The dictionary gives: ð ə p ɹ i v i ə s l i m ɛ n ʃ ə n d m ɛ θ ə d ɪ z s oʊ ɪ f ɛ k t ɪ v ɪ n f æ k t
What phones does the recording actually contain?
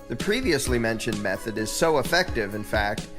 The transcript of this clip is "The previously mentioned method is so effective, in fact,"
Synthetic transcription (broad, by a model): ð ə p ɹ i v i ə s l i m ɛ n ʃ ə n m ɛ θ ə d ɪ z s oʊ ɪ f ɛ k t ɪ v ɪ n f æ k t